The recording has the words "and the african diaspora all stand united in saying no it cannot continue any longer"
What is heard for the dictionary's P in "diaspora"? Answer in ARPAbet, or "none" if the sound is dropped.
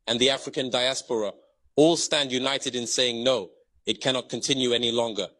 P